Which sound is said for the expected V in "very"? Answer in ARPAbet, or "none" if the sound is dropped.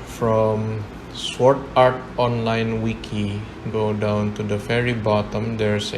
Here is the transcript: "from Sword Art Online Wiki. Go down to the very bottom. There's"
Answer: F